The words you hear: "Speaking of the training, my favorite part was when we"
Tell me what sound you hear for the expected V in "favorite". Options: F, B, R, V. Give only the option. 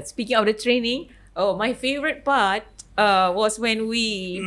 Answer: V